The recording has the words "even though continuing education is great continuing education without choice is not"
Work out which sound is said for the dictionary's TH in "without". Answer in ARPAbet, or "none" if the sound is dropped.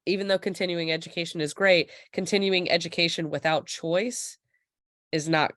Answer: TH